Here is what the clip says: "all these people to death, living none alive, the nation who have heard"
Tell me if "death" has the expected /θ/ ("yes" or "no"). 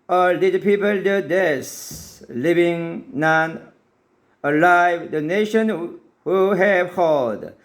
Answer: no